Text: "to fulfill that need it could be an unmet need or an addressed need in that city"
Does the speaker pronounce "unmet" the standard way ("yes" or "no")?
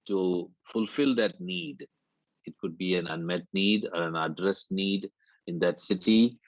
yes